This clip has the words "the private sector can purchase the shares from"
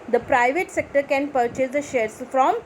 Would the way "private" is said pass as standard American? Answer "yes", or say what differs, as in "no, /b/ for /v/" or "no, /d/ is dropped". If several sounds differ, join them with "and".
yes